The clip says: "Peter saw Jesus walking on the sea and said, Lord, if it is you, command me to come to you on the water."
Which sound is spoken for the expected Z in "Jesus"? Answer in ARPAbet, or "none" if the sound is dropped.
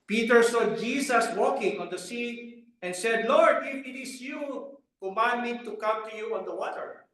S